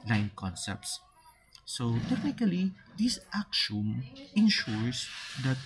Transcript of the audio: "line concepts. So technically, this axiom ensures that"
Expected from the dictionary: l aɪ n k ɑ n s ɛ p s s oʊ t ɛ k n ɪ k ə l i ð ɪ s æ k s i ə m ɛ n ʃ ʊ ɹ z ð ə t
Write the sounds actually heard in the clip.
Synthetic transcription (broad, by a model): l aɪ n k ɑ n s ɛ p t s oʊ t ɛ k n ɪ k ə l i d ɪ s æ k ʃ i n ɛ n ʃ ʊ ɹ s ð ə t